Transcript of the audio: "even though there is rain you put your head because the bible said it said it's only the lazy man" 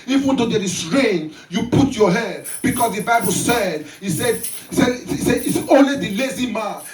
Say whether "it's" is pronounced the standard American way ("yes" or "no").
no